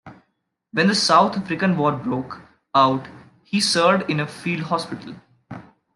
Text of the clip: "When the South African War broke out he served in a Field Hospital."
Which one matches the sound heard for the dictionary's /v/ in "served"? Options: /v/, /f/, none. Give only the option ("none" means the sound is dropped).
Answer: none